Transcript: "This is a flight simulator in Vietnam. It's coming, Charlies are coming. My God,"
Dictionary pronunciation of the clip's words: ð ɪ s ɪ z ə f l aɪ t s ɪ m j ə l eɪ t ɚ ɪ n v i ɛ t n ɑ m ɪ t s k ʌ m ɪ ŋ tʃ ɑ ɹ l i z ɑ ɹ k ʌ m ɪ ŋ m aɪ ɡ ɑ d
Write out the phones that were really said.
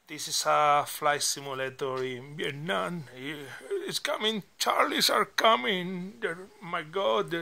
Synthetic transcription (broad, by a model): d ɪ s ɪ s ə f l aɪ s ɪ m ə l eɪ t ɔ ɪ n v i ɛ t n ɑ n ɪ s k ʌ m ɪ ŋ tʃ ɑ ɹ l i s ɑ ɹ k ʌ m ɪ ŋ m aɪ ɡ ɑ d